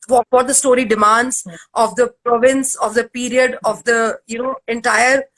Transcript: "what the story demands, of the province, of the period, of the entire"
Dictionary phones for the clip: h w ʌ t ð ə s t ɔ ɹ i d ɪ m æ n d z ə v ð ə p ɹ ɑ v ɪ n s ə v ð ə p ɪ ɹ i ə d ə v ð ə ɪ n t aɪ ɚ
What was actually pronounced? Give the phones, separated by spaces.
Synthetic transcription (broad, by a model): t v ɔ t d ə s t ɔ ɹ i d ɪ m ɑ n d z ə v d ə p ɹ ɑ v ɪ n s ə v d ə p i ɹ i ə d ə v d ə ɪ n t aɪ ɚ